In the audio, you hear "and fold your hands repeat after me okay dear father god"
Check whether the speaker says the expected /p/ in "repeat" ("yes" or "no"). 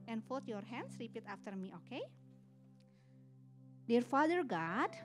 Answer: yes